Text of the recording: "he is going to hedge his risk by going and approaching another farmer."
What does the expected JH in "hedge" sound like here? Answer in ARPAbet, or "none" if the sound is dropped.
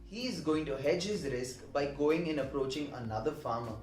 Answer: JH